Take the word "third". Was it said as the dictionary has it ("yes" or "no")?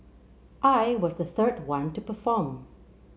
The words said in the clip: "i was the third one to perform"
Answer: yes